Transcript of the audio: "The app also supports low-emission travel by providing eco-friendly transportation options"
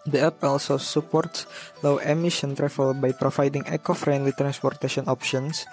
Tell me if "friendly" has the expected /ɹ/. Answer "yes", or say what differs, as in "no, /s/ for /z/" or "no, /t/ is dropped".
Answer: yes